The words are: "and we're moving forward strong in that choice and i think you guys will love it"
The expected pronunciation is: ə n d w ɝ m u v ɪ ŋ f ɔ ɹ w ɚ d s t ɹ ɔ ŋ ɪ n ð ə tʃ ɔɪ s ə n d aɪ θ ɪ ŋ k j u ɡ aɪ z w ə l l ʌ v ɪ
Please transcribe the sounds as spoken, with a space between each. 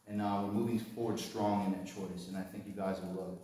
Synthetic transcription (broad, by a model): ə n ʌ w ɝ m u v ɪ ŋ f ɔ ɹ w ɚ d s t ɹ ɔ ŋ ɪ n ð ə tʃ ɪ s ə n aɪ θ ɪ ŋ k j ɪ ɡ aɪ z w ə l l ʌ ɪ